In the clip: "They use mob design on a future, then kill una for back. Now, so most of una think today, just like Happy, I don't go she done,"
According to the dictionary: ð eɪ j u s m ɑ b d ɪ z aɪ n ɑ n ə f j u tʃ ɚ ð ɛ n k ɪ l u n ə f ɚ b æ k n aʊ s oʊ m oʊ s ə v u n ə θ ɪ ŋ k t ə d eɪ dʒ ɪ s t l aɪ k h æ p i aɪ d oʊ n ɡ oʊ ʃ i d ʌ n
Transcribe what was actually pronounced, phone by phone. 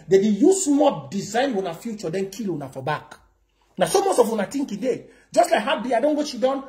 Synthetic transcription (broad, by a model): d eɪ j u s m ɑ d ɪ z aɪ n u n ə f j u tʃ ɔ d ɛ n k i l u n ə f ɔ b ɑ k n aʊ s oʊ m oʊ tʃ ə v u n ə t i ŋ k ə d eɪ dʒ ɪ s t l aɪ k h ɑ b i aɪ d oʊ n ɡ oʊ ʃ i d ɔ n